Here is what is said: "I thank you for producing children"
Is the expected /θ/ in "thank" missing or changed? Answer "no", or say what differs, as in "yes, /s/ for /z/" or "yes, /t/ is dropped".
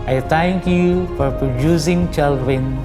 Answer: yes, /t/ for /θ/